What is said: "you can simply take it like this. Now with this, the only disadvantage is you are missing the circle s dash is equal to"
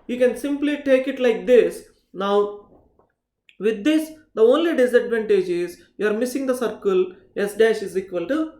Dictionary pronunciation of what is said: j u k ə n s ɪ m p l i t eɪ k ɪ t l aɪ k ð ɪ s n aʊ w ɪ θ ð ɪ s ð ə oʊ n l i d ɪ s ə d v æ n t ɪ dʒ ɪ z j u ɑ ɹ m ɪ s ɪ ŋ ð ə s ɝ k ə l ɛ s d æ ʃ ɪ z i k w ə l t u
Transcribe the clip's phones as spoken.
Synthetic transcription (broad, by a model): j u k ə n s ɪ m p l i t eɪ k ɪ t l aɪ k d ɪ s n aʊ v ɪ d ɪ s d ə oʊ n l i d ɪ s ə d v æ n t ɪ dʒ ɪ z j u ɑ ɹ m ɪ s ɪ ŋ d ə s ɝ k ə l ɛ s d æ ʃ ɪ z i k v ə l t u